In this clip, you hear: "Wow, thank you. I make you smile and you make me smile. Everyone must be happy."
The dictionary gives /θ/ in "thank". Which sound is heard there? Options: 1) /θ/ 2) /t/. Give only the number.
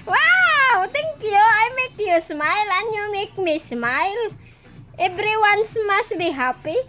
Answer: 2